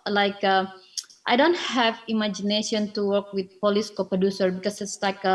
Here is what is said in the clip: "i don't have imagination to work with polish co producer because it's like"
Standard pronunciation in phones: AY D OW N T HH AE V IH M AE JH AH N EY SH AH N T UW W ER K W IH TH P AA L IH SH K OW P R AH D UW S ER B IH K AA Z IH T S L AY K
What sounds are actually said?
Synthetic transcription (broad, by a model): AY D OW N T HH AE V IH M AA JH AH N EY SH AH N T UW W ER K W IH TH P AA L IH S K OW P R AH D UW S ER B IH K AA S IH T S L AY K